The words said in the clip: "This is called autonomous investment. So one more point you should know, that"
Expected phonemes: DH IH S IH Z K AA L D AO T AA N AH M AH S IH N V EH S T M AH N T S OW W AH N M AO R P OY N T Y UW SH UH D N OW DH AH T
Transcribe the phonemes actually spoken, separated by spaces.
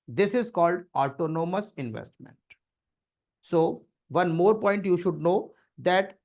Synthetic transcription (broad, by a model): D IH S IH Z K AA L D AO T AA N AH M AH S IH N V EH S T M AH N T S OW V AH N M AO R P OY N T Y UW SH UH D N OW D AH T